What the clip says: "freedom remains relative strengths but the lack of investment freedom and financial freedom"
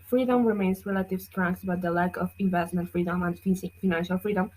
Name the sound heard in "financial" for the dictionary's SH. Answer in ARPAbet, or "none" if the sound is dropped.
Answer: SH